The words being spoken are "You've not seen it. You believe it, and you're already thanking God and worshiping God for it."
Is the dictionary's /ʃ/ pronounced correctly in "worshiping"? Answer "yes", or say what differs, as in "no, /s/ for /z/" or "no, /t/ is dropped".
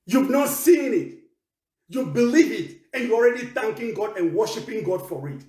yes